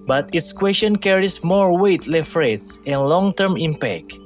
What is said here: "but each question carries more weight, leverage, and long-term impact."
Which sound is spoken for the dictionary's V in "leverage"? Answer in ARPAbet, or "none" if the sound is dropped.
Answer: F